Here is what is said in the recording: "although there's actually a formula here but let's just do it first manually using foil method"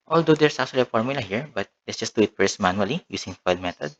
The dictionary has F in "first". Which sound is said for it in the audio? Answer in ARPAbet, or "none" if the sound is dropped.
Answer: P